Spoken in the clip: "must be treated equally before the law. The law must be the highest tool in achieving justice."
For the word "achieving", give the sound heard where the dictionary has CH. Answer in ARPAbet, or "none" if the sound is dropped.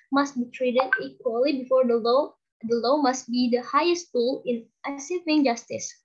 S